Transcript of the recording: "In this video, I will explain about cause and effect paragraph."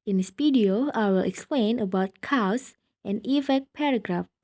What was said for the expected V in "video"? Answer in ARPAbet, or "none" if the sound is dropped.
P